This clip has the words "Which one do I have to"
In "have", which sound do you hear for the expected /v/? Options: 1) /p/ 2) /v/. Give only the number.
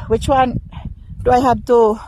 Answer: 1